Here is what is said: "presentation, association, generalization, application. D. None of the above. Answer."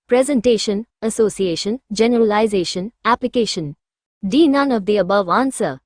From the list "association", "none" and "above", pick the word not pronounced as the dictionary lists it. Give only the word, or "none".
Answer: none